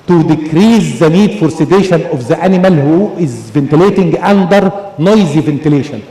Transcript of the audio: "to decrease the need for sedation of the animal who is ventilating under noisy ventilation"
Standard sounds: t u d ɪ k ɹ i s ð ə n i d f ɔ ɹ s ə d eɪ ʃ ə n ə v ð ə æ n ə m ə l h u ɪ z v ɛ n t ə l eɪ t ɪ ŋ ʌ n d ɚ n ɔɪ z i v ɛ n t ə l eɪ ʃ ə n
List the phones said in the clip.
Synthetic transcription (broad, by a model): t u d ɪ k ɹ i s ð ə n i d f ɔ ɹ s ə d eɪ ʃ ə n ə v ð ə æ n ə m ə l h u ɪ z v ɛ n t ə l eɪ t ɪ ŋ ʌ n d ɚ n ɔɪ z i v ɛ n t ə l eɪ ʃ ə n